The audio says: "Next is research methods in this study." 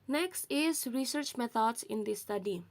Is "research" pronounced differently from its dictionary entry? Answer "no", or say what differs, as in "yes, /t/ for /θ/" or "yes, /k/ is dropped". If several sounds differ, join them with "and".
no